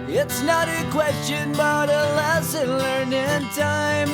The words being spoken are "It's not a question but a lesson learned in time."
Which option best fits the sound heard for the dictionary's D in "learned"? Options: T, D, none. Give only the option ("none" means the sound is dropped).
none